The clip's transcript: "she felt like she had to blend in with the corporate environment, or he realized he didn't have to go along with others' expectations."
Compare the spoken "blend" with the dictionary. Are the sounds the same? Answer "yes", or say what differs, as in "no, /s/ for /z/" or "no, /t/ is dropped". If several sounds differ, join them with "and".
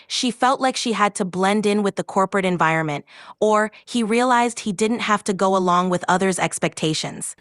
yes